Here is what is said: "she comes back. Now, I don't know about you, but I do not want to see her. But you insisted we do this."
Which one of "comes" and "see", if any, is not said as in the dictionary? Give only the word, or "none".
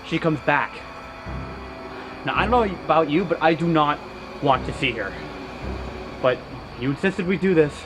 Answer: none